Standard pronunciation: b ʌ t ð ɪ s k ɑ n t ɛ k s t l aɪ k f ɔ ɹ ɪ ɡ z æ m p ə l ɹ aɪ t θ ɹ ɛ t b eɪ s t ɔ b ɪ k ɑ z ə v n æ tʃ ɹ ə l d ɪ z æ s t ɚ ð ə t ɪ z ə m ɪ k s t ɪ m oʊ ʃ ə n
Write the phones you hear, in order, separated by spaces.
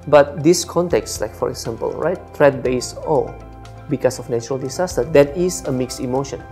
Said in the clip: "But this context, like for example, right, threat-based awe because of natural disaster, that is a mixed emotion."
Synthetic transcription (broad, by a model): b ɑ t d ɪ s k ɑ n t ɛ k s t l aɪ k f ɔ ɹ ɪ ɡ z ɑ m p ə l ɹ aɪ t t ɹ ɛ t b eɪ s ɔ b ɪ k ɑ s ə f n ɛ tʃ ɹ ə l d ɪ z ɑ s t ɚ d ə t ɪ s ə m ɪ k s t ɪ m oʊ ʃ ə n